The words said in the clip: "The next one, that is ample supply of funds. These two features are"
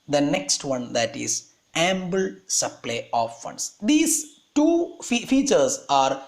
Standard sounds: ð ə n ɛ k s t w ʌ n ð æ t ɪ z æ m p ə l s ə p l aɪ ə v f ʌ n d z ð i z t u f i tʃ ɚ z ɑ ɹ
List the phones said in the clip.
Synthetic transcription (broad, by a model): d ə n ɛ k s t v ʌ n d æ t ɪ z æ m b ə l s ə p l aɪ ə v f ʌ n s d i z t u f i tʃ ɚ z ɑ ɹ